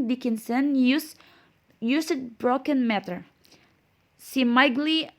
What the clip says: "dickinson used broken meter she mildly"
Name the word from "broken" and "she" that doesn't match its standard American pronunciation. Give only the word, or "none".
she